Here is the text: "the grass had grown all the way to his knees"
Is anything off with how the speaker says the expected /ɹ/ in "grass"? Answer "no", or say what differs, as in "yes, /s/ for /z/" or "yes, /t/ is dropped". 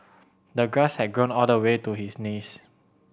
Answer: yes, /ɹ/ is dropped